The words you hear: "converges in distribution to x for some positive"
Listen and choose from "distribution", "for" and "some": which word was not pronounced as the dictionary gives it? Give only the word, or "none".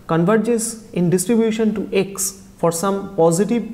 none